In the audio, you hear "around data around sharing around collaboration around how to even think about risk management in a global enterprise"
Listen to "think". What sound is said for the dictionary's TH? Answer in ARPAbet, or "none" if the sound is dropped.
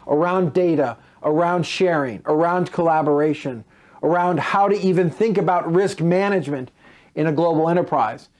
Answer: TH